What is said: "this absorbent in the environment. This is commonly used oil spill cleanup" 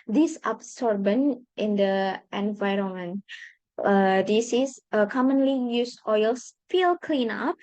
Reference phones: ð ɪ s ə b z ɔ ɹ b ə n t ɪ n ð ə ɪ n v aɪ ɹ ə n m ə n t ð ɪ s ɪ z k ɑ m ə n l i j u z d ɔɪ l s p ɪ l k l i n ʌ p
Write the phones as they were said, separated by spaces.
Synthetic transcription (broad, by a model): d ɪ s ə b s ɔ ɹ b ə n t ɪ n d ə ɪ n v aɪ ɹ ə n m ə n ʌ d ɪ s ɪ s k ɑ m ə n l i j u s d ɔɪ l s f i l k l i n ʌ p